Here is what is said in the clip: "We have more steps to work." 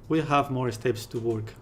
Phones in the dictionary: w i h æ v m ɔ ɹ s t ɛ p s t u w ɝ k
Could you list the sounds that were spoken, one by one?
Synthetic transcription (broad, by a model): w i h æ v m ɔ ɹ s t ɛ p s t u w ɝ k